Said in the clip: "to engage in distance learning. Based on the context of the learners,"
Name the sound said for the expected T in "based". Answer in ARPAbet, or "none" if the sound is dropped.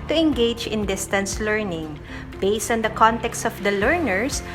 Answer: T